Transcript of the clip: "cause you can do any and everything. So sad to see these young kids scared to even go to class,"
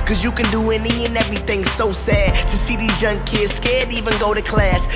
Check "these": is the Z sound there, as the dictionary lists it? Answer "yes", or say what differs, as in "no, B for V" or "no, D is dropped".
yes